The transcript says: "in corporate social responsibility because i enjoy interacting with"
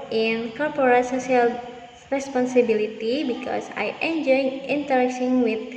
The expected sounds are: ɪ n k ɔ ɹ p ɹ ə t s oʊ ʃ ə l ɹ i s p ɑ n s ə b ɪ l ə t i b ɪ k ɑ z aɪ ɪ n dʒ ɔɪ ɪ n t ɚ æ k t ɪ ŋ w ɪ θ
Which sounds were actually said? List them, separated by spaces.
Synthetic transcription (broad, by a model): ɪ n k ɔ ɹ p ɹ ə s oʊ s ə l ɹ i s p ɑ n s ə b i l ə t i b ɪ k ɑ s aɪ ɪ n dʒ ɔɪ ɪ n t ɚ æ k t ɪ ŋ w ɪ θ